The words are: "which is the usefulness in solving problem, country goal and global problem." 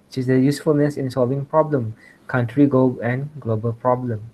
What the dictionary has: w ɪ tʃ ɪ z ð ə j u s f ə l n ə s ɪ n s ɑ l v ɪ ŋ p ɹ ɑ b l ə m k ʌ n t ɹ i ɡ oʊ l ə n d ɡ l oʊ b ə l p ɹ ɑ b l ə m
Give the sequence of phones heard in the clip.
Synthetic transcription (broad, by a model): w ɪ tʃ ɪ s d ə j u s f ə l n ə s ɪ n s ɑ l v ɪ ŋ p ɹ ɑ b l ə m k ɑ n t ɹ i ɡ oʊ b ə n ɡ l oʊ b ə l p ɹ ɑ b l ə m